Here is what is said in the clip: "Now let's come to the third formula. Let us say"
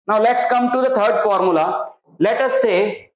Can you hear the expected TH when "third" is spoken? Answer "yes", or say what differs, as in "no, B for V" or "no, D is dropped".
no, T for TH